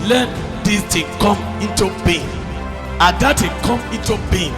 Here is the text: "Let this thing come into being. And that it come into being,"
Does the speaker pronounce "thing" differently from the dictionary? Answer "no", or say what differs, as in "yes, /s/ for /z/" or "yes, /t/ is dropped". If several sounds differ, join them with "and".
yes, /t/ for /θ/